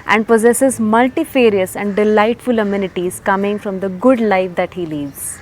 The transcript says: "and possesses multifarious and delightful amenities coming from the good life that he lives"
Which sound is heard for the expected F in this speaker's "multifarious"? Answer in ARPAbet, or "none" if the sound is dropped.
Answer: F